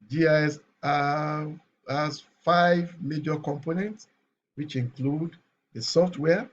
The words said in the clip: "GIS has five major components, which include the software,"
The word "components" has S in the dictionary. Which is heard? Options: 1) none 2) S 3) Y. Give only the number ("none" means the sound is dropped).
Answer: 2